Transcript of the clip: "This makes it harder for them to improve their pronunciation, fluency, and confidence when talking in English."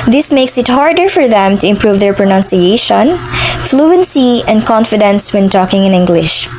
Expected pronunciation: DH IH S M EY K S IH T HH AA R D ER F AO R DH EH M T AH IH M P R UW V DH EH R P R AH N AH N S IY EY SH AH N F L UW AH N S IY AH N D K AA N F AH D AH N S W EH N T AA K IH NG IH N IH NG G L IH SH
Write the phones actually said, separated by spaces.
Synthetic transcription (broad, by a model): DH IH S M EY K S IH T HH AA R D ER F AO R DH EH M T AH IH M P R UW V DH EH R P R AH N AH N S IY EY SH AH N F L UW AH N S IY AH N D K AA N F AH D AH N S W EH N T AA K IH NG IH N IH NG G L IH SH